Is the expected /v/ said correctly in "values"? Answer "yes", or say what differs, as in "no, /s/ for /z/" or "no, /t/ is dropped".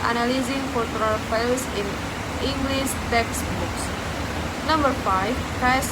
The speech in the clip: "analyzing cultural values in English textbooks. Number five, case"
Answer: no, /f/ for /v/